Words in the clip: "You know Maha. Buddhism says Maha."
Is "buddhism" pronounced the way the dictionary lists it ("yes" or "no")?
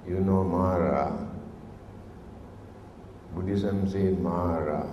no